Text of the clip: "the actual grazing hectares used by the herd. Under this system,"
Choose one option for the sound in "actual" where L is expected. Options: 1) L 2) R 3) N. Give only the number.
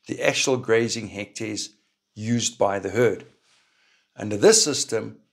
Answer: 1